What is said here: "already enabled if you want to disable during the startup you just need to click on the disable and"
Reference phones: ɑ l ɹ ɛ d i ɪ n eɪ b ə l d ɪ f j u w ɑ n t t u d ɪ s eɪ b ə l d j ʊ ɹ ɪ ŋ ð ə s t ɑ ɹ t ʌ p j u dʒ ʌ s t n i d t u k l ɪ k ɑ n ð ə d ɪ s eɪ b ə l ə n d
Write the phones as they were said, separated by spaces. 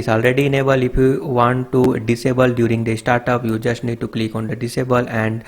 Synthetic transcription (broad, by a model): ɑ l ɹ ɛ d i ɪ n eɪ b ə l ɪ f j u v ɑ n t t u d ɪ s eɪ b ə l d j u ɹ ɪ ŋ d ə s t ɑ ɹ t ʌ p j u dʒ ʌ s t n i d t u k l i k ɑ n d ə d ɪ s eɪ b ə l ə n d